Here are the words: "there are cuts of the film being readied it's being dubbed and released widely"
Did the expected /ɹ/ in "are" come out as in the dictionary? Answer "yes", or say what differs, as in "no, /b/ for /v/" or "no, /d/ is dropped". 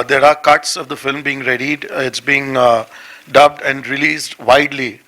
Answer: yes